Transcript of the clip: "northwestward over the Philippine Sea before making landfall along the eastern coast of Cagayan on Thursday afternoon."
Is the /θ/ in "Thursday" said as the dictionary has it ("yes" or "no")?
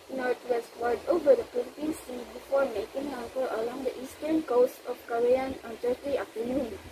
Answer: no